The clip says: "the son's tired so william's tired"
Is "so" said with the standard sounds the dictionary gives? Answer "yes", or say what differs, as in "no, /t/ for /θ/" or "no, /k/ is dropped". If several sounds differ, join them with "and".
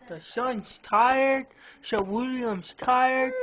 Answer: no, /ʃ/ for /s/